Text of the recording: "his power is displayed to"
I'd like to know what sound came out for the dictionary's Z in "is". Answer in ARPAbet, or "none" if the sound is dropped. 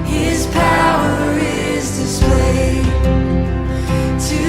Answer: Z